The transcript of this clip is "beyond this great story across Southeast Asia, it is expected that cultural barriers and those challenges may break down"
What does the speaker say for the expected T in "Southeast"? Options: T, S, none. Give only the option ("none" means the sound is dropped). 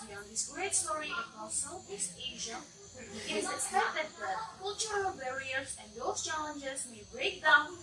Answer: none